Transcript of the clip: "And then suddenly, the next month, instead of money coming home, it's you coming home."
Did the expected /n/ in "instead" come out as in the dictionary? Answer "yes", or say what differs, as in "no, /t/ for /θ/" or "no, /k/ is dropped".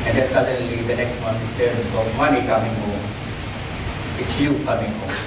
no, /n/ is dropped